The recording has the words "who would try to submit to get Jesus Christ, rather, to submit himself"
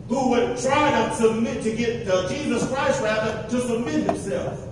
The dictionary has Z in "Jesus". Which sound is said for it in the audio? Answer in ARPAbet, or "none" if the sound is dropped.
Z